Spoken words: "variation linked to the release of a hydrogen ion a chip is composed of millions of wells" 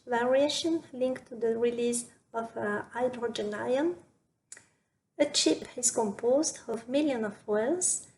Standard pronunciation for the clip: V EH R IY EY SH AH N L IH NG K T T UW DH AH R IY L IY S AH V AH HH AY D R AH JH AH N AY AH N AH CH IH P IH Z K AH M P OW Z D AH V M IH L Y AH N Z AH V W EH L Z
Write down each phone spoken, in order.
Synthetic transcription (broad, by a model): V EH R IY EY SH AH N L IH NG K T T UW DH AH R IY L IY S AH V AH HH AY D R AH JH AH N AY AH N AH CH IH P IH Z K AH M P OW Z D AH V M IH L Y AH N AH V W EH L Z